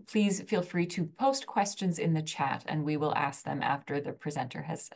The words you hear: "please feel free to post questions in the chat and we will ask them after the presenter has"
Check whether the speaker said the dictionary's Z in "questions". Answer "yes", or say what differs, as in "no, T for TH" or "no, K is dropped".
yes